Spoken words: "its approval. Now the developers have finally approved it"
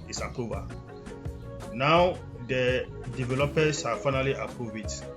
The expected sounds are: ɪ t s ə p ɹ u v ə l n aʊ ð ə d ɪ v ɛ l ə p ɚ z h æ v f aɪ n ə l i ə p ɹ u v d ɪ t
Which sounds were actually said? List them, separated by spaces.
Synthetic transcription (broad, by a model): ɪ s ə p ɹ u v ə n aʊ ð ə d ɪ v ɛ l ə p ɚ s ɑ f aɪ n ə l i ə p ɹ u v ɪ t